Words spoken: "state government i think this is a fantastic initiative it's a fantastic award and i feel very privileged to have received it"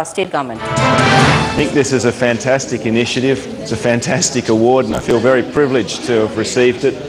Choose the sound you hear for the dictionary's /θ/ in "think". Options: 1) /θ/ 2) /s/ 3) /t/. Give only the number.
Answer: 1